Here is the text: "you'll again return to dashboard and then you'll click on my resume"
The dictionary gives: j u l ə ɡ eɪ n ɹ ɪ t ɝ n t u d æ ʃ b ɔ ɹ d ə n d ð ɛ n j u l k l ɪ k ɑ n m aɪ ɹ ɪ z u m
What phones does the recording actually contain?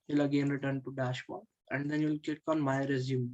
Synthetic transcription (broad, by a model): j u l ə ɡ eɪ n ɹ ɪ t ɝ n t u d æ ʃ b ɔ ə n d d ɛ n j u l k ɪ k ɑ n m aɪ ɹ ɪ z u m